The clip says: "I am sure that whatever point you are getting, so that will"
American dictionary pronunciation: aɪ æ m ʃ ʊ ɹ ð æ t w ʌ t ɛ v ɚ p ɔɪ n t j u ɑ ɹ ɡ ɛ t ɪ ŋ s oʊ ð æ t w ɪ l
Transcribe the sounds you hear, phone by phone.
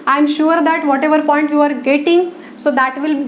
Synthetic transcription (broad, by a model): aɪ m ʃ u ɹ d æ t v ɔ t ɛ v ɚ p ɔɪ n t j u ɑ ɹ ɡ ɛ t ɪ ŋ s oʊ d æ t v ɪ l